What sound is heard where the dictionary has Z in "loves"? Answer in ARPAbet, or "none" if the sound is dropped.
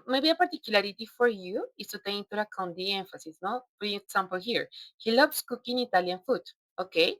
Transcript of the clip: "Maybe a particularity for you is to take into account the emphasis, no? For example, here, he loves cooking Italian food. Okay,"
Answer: S